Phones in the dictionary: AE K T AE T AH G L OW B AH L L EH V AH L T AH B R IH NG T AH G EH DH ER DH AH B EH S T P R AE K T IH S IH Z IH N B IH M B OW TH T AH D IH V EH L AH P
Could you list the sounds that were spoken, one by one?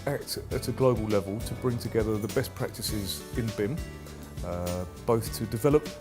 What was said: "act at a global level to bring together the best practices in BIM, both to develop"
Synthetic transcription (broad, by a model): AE K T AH T AH G L OW B AH L L EH V AH L T AH B R IH NG T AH G EH DH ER DH AH B EH S P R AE K T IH S IH Z IH N B IH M B OW TH T AH D IH V EH L AH P